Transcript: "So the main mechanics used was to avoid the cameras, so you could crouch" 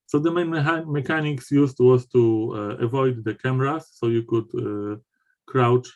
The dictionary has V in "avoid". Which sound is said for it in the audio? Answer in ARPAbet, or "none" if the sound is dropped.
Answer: V